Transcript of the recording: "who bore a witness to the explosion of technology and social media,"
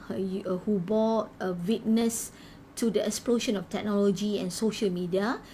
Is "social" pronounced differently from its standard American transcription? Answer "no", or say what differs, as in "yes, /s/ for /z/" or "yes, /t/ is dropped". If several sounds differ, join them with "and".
no